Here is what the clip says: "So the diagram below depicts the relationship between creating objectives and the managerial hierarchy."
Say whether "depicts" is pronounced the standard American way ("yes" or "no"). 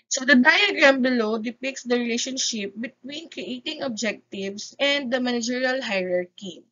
yes